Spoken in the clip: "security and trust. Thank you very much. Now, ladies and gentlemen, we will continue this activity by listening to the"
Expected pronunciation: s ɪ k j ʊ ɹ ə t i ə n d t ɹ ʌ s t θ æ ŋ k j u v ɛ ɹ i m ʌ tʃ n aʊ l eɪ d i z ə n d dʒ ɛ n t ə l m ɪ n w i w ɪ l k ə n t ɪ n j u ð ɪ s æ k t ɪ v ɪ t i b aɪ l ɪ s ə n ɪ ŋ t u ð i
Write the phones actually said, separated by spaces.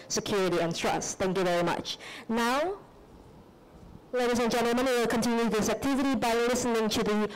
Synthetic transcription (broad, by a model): s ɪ k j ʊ ɹ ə t i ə n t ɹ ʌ s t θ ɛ ŋ k j u v ɛ ɹ i m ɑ tʃ n aʊ l eɪ d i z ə n dʒ ɛ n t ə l m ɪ n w w ɪ l k ə n t ɪ n j u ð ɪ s æ k t ɪ v ɪ t i b aɪ l ɪ s ə n ɪ ŋ t u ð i